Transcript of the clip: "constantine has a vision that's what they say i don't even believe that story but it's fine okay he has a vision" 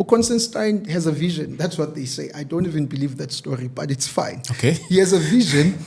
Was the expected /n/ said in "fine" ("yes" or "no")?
yes